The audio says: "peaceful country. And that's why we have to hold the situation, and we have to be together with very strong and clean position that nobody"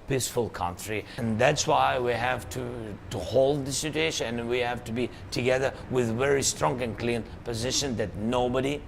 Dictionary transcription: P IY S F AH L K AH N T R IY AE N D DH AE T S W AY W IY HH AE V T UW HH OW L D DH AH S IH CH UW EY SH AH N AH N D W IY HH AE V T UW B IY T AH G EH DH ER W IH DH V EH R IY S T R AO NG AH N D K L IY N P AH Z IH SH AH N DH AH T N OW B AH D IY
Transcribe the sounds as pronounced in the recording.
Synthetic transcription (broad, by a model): P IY S F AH L K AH N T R IY N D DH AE T S W AY W IY HH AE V T UW HH OW L D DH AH S IH CH UW EY SH AH N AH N W IY HH AE V T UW B IY T AH G EH DH ER W IH DH V EH R IY S T R AO NG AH N K L IY N P AH Z IH SH AH N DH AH T N OW B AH D IY